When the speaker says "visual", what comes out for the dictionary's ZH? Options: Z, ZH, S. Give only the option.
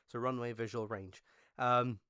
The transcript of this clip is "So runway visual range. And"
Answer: ZH